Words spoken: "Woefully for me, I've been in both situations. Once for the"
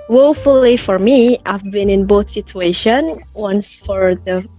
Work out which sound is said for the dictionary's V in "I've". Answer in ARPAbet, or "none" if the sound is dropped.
V